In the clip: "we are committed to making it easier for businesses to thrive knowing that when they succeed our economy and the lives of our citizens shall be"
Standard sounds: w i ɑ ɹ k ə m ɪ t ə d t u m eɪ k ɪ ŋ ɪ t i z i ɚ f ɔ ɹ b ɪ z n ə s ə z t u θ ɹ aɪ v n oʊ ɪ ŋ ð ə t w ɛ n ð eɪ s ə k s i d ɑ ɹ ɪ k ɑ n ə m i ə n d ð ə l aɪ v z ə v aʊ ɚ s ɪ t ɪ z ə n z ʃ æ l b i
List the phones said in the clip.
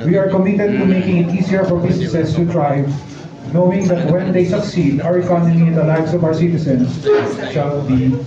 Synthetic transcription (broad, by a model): w i ɑ ɹ k ə m ɪ t ə d t u m eɪ k ɪ ŋ ɪ t i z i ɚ f ɔ ɹ b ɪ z n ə s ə s t u t ɹ aɪ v n oʊ ɪ ŋ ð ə t w ɛ n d eɪ s ə k s i d ɑ ɹ ɪ k ɑ n ə m i ə n d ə l aɪ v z ə v aʊ ɚ s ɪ t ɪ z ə n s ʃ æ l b i